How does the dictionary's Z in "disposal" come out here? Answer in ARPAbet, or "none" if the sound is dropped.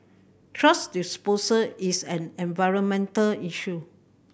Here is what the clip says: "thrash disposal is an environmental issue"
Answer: S